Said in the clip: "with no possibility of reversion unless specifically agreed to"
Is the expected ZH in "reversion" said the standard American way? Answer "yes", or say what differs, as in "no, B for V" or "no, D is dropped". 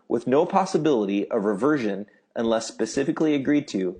yes